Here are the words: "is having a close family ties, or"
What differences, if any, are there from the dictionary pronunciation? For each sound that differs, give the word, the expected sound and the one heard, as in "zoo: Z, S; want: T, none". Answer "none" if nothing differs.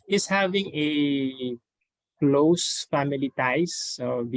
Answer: ties: Z, S